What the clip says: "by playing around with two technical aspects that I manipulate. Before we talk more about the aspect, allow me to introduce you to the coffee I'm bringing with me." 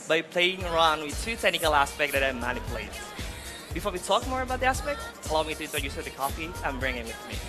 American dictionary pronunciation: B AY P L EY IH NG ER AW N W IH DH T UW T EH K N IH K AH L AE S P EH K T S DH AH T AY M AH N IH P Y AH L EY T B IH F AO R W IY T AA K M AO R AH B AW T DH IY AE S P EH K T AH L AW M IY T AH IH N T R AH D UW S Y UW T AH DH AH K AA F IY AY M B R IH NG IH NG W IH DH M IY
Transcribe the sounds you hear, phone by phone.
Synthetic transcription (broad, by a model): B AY P L EY IH NG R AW N W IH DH T UW T EH K N IH K AH L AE S P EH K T DH AH T AY M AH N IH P Y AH L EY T B IH F AO R W IY T AA K M AO R AH B AW T DH IY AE S P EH K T AH L AW M IY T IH T AH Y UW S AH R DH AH K AA F IY AY M B R IH NG IH NG W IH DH M IY